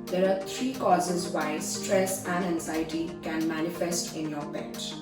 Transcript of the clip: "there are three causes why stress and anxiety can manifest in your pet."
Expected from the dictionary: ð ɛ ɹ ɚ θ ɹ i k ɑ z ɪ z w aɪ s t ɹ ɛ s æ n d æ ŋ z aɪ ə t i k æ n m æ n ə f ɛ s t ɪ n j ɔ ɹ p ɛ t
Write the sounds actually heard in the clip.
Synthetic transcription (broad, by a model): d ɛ ɹ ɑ t ɹ i k ɑ z ɪ z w aɪ s t ɹ ɛ s æ n d æ ŋ z aɪ ə t i k æ n m æ n ə f ɛ s t ɪ n j ɔ ɹ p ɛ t